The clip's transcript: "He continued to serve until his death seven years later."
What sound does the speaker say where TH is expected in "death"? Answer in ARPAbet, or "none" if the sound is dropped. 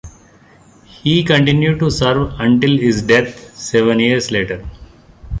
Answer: T